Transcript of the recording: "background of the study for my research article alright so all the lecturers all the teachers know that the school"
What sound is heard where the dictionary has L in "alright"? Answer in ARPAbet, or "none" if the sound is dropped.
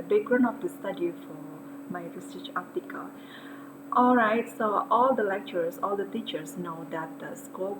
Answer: L